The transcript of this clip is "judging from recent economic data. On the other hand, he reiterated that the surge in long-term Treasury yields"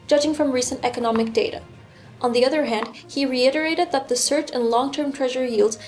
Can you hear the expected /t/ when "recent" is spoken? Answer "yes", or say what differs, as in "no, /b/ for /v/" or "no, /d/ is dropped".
yes